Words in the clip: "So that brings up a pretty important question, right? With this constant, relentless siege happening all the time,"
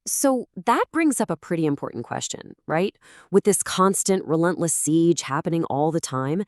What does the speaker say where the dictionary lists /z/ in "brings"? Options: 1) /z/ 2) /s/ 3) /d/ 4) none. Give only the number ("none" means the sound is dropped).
1